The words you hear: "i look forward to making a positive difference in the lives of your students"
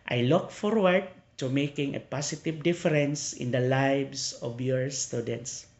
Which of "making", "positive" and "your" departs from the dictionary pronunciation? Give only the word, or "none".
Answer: positive